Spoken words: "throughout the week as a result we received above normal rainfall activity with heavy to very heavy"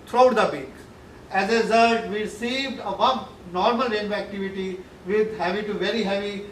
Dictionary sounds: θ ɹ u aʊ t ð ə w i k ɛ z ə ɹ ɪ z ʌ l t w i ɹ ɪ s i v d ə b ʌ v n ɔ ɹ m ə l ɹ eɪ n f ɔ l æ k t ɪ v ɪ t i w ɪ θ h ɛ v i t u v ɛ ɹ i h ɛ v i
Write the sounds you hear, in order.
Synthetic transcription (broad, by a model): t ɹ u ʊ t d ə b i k ɛ z ə ɹ ɪ z ʌ l t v i ɹ ɪ s i v d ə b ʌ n n ɔ ɹ m ə l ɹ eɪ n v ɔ æ k t ɪ v ɪ t i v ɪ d h ɛ v i t u v ɛ ɹ i h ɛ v i